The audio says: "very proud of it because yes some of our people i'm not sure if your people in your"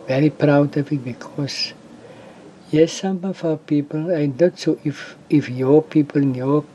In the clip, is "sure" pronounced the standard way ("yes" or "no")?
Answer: no